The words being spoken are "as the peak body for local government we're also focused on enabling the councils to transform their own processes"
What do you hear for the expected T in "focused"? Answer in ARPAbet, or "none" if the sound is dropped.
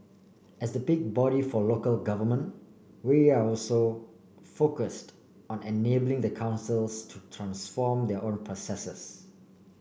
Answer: T